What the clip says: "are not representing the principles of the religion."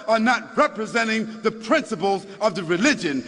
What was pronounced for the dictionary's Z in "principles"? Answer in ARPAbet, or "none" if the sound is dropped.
Z